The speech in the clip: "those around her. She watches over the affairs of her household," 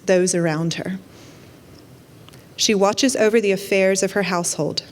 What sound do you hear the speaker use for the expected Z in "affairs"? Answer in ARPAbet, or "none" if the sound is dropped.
Z